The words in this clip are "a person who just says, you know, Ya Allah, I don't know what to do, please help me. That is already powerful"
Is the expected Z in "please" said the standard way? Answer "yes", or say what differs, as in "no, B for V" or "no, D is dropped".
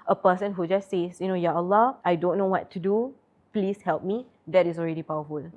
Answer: no, S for Z